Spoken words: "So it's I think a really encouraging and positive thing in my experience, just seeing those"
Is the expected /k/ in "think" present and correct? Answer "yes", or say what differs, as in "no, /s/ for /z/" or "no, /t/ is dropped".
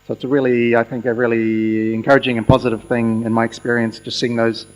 yes